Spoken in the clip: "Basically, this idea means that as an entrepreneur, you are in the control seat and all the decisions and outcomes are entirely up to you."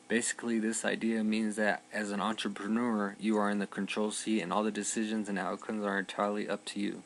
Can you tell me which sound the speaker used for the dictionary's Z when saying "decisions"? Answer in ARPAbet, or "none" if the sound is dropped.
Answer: Z